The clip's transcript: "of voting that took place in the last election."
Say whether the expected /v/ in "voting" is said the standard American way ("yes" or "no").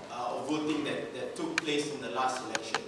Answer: yes